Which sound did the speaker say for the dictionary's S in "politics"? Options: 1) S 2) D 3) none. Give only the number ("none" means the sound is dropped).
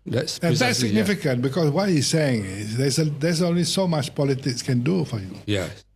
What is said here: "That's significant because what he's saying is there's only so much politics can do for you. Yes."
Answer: 1